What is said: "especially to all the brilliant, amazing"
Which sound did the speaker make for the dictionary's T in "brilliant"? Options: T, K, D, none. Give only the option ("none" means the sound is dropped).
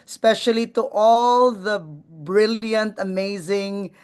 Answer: T